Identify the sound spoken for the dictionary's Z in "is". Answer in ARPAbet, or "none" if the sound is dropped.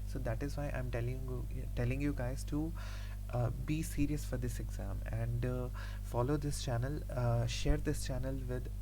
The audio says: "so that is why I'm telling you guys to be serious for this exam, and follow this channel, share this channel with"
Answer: Z